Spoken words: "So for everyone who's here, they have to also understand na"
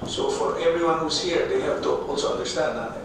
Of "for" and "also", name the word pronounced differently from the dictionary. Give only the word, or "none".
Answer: also